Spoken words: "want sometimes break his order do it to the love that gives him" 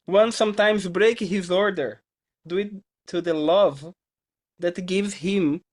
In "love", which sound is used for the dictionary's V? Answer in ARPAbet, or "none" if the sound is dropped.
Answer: V